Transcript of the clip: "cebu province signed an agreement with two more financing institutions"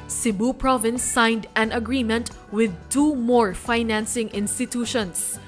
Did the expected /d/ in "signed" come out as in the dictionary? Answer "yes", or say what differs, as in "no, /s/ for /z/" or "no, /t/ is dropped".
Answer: yes